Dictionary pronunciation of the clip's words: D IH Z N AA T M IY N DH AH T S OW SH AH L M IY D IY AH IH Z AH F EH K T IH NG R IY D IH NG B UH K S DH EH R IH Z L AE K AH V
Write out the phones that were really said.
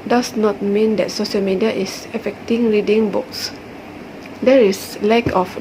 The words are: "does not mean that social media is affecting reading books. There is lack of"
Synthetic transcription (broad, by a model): D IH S N AA T M IY N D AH T S OW SH AH L M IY D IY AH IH S AH F EH K T IH NG R IY D IH NG B UH K S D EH R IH S L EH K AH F